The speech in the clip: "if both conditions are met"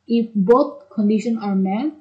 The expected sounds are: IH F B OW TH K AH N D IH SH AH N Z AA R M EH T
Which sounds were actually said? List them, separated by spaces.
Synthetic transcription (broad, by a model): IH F B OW T K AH N D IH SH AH N AA R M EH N